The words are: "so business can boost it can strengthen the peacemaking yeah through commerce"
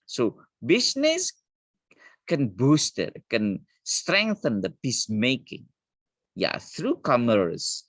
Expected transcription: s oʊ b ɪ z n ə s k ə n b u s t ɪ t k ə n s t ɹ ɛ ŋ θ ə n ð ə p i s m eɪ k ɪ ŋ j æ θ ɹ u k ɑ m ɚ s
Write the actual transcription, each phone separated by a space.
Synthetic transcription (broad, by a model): s oʊ b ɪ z n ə s k ə n b u s t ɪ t k ə n s t ɹ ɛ ŋ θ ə n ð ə p i s m eɪ k ɪ ŋ j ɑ θ ɹ u k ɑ m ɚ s